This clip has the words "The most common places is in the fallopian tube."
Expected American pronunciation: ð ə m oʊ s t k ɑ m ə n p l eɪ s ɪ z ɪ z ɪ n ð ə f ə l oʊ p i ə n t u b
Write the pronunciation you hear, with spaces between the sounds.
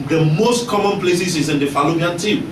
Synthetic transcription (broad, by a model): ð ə m oʊ s t k ɑ m ə n p l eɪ s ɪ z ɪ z ɪ n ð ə f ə l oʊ b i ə n t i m